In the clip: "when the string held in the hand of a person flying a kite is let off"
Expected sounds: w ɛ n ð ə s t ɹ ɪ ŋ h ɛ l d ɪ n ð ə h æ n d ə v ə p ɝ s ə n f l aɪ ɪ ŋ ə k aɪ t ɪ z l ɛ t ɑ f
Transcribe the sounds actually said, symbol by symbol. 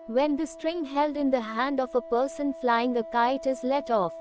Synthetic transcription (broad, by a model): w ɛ n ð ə s t ɹ ɪ ŋ h ɛ l d ɪ n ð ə h æ n d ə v ə p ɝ s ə n f l aɪ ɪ ŋ ə k aɪ t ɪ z l ɛ t ɑ f